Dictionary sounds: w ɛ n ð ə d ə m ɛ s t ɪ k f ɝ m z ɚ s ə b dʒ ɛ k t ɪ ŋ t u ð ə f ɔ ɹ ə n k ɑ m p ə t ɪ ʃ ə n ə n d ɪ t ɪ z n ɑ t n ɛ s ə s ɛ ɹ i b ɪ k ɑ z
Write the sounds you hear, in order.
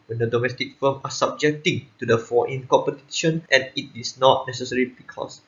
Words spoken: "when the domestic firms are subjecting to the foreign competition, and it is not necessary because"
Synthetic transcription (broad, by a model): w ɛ n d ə d ə m ɛ s t ɪ k f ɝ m ɑ s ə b dʒ ɛ k t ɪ ŋ t u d ə f ɔ ə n k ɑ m p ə t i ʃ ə n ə n ɪ t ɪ s n ɑ t n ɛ s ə s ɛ ɹ i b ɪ k ɑ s